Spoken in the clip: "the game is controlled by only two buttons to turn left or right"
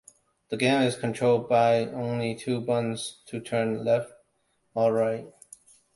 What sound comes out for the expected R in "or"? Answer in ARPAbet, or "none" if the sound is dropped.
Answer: L